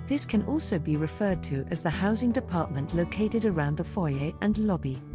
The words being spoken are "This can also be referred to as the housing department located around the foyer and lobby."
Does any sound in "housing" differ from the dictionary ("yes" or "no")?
no